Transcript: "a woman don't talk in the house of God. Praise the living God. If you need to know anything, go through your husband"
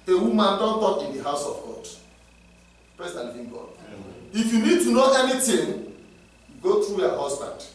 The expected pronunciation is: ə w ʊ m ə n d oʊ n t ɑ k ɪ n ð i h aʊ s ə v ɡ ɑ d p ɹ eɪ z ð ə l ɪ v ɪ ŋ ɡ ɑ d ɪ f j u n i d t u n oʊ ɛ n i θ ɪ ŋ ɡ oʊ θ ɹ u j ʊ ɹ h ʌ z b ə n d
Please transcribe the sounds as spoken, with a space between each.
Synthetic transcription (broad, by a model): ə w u m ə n d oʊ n t ɑ k ɪ n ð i h aʊ s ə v ɡ ɑ d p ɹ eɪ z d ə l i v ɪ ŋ ɡ ɑ d ɪ f j u n i d t u n oʊ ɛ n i t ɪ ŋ ɡ oʊ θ ɹ u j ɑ h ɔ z b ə n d